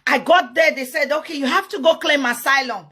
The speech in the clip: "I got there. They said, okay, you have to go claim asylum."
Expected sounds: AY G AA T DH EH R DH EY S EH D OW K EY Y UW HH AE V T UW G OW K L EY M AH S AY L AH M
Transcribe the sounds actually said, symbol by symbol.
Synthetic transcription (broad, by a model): AY G AA T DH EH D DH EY S EH D OW K EY Y UW HH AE F T UW G OW K L EY M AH S AY L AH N